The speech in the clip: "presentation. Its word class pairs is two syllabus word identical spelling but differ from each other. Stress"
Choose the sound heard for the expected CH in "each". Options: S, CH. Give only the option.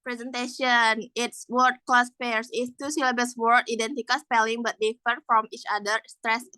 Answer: CH